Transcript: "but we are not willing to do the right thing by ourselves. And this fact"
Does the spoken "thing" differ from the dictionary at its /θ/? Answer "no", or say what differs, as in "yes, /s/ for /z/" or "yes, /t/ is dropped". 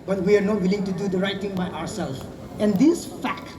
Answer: yes, /t/ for /θ/